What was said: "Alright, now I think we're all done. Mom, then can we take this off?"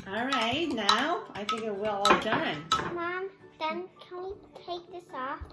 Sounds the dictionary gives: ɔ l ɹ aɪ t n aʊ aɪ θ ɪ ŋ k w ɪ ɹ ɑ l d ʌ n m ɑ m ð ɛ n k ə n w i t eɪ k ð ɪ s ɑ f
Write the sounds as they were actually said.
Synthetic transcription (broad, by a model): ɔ l ɹ aɪ t n aʊ aɪ θ ɪ ŋ k w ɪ l ɑ l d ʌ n m ɑ m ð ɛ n k ə n w i t eɪ k ð ɪ s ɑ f